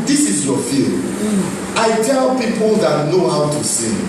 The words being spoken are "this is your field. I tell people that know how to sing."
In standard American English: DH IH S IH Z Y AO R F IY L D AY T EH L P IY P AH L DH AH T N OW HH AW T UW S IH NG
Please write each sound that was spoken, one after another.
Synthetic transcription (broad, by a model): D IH S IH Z Y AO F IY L AY T EH L P IY P AH L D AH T N OW HH AW T UW S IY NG